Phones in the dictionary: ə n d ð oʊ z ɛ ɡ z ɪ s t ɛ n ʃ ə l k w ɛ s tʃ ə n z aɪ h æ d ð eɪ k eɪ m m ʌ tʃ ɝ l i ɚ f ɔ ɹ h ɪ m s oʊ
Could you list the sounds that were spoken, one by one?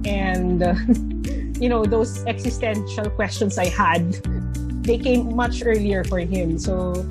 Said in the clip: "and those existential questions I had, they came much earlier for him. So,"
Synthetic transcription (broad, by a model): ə n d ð oʊ s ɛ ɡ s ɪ s t ɛ n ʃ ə l k w ɛ s tʃ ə n s aɪ h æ d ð eɪ k eɪ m m ʌ tʃ ɝ l i ɚ f ɔ ɹ h ɪ m s oʊ